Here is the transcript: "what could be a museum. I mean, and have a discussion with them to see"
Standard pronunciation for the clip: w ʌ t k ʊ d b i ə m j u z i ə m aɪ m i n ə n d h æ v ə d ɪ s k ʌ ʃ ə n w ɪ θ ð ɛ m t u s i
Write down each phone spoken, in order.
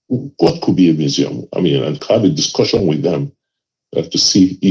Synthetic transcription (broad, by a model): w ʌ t k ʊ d b i ə m j u z i ə m aɪ m i n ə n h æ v ə d ɪ s k ʌ ʃ ə n w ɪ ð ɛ m t u s i